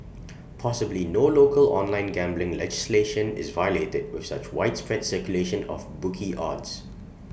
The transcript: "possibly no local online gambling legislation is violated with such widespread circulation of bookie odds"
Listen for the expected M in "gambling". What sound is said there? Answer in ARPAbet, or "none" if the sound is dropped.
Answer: M